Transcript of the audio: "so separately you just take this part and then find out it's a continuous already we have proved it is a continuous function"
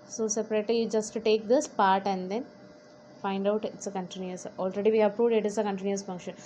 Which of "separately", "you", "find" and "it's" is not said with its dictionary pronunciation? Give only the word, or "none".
none